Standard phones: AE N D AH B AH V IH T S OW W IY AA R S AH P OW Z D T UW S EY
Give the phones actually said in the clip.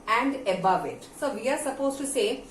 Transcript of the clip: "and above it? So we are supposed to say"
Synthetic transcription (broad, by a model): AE N D AH B AH V IH T S OW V IY AA R S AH P OW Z T UW S EY